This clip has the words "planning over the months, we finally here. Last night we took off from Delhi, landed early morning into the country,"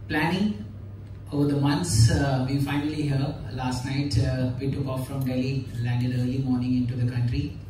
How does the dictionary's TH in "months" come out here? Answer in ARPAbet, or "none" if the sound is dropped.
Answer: T